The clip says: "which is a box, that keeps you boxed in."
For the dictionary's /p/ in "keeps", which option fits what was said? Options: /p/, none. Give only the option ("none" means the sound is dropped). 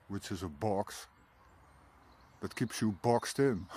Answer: /p/